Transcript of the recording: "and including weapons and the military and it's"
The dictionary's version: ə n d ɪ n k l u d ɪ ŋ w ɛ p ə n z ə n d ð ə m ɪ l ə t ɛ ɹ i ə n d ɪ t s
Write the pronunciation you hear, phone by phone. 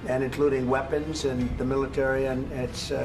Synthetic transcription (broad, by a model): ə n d ɪ n k l u d ɪ ŋ w ɛ p ə n z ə n ð ə m ɪ l ə t ɛ ɹ i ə n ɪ t s